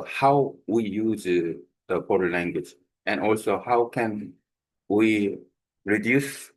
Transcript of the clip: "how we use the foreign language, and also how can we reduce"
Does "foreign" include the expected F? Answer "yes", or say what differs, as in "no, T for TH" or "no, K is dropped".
no, P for F